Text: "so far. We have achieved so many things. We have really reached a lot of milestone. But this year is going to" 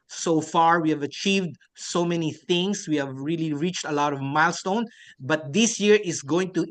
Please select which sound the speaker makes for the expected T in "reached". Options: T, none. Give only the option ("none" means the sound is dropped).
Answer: T